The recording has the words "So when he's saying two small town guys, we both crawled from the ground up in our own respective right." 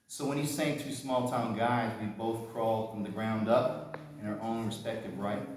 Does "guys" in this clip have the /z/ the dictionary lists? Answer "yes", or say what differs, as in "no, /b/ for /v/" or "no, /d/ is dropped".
yes